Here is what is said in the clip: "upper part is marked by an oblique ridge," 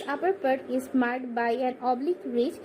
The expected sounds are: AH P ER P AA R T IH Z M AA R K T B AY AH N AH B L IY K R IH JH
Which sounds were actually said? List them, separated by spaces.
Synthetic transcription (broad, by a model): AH P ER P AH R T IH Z M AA R T B AY AH N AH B L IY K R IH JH